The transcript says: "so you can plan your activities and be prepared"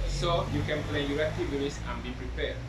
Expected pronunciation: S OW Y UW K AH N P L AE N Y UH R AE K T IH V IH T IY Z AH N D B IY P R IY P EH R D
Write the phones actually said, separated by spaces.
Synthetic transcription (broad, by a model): S OW Y UW K AH N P L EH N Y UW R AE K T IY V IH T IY S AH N B IY P R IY P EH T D